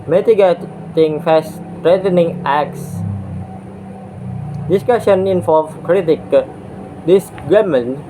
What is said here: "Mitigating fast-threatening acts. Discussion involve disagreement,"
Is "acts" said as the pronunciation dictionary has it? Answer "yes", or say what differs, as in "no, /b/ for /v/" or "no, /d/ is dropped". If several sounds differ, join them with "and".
yes